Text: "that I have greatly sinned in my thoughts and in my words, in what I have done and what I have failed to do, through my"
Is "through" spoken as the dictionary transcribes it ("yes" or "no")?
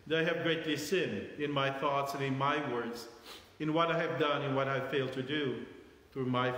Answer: yes